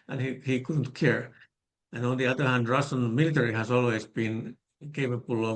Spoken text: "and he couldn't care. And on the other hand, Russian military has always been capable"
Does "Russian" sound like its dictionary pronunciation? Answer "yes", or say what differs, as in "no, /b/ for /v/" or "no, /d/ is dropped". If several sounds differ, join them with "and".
no, /s/ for /ʃ/